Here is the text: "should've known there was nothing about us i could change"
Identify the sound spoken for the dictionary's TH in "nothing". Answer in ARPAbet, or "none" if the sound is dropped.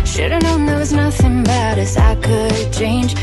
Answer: TH